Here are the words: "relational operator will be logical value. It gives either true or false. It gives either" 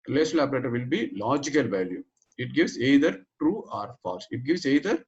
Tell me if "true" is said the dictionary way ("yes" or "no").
yes